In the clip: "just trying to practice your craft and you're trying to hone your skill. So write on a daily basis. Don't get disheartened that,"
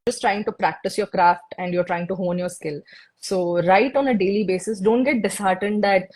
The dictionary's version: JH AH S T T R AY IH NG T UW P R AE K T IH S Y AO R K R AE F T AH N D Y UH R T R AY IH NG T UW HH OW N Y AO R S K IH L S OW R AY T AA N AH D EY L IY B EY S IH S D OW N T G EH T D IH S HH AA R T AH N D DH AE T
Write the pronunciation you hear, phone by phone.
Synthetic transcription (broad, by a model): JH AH S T T R AY IH NG T UW P R AE K T IH S Y AO R K R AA F T AH N D Y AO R T R AY IH NG T UW HH OW N Y AO R S K IH L S OW R AY T AA N AH D EY L IY B EY S IH S D OW N T G EH T D IH S HH AA R T AH N D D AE T